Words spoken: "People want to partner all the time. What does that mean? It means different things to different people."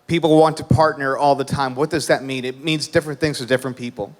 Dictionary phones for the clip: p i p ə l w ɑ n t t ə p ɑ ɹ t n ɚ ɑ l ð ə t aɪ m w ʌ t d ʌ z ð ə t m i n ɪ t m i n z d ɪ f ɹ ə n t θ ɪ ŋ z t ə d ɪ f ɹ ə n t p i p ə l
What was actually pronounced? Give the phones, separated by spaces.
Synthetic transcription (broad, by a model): p i p l w ɑ n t t ə p ɑ ɹ t n ɚ ɑ l ð ə t aɪ m w ʌ t d ʌ z ð ə t m i n ɪ t m i n z d ɪ f ɹ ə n θ ɪ ŋ z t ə d ɪ f ɹ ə n p i p l